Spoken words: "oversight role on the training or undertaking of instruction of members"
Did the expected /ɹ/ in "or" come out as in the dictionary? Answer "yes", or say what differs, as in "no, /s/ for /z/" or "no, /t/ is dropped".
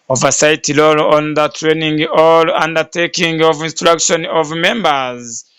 no, /l/ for /ɹ/